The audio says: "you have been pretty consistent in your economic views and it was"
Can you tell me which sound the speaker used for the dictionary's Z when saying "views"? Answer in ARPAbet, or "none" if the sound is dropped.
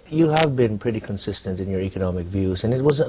Z